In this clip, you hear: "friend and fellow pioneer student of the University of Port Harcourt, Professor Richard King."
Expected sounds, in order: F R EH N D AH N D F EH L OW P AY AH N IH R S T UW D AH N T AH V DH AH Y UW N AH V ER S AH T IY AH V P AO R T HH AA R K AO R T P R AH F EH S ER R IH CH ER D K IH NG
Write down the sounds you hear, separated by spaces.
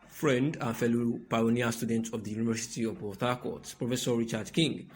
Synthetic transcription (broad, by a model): F R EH N D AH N F EH L OW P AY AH N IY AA S T UW D AH N T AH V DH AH Y UW N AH V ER S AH T IY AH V B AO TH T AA K AO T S P R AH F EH S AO R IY CH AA D K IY NG